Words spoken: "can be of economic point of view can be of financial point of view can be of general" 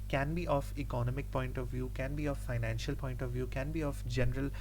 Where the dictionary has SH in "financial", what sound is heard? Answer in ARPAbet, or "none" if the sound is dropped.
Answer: SH